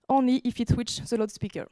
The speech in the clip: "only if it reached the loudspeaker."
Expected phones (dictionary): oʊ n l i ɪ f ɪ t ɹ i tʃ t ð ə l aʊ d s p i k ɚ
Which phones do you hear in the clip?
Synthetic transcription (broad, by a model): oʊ n l i ɪ f ɪ t w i tʃ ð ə l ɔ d s p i k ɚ